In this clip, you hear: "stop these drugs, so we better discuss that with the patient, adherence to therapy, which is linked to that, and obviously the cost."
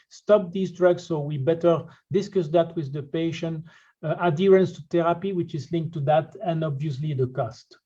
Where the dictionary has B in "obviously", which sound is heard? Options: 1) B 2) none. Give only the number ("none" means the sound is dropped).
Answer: 1